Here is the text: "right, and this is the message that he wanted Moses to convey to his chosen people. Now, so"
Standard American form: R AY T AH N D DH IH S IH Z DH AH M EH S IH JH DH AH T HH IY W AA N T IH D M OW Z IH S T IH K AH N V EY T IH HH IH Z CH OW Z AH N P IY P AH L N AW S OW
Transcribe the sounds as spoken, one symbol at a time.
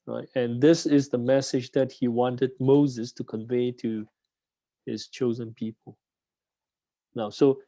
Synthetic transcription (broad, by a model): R AY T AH N DH IH S IH Z DH AH M EH S IH JH DH AH T HH IY W AA N T IH D M OW Z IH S T IH K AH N V EY T IH HH IH Z CH OW Z AH N P IY P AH L N AW S OW